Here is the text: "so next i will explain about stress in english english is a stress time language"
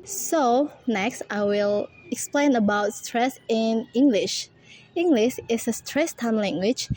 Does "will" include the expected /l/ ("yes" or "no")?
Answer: yes